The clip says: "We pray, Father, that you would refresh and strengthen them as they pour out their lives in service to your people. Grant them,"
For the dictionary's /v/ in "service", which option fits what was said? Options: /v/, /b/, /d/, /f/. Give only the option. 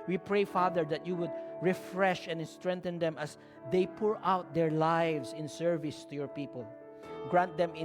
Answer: /v/